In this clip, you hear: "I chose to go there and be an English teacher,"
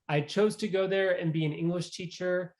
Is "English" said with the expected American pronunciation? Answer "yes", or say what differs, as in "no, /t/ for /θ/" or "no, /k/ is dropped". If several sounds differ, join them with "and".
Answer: yes